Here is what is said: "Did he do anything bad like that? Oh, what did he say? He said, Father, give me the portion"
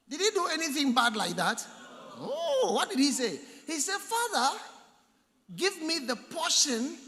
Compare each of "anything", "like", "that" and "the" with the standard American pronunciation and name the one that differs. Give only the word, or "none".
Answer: none